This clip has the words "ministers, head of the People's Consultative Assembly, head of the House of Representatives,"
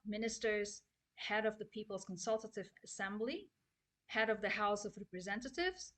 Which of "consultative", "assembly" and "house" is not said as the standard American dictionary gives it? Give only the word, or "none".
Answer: none